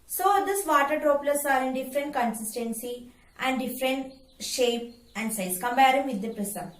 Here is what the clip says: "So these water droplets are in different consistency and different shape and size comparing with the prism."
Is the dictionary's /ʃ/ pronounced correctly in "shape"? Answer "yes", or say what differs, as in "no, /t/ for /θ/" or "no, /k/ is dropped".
yes